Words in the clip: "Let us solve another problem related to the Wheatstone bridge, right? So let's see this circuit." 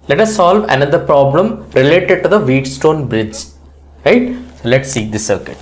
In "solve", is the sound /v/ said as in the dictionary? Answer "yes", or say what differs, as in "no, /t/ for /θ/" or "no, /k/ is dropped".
yes